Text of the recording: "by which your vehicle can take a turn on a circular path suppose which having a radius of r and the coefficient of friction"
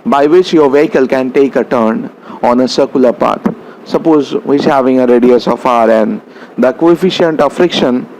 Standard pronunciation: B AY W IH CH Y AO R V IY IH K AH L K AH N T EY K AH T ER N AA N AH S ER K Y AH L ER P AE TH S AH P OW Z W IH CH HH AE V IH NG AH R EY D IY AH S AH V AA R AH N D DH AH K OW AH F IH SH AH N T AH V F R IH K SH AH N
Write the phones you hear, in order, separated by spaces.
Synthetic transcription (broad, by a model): B AY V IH CH Y AO R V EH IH K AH L K AH N T EY K AH T ER N AA N AH S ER K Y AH L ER P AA T S AH P OW Z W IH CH HH AE V IH NG AH R EY D IY AH S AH F AA R AH N D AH K OW AH F IH SH AH N T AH F R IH K SH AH N